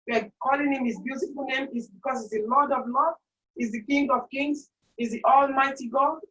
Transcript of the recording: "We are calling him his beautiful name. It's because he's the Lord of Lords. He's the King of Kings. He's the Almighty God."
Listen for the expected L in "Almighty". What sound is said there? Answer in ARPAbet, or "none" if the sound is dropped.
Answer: L